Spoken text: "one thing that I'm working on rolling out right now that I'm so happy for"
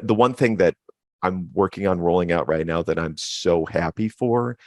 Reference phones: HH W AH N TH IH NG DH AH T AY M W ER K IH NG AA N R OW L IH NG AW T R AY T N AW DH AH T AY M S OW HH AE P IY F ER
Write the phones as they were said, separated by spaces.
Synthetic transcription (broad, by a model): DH W AH N TH IH NG DH AH T AY M W ER K IH NG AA N R OW L IH NG AW T R AY T N AW DH AH T AY M S OW HH AE P IY F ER